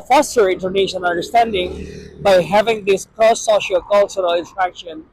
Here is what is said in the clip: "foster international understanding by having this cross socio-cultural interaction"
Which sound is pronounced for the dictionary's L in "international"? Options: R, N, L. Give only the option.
N